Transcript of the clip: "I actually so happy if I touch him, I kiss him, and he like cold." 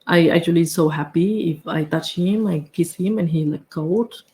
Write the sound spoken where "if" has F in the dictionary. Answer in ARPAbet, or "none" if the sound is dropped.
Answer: F